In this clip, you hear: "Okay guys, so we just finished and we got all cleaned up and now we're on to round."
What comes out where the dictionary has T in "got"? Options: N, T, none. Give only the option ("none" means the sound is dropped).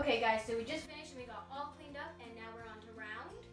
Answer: none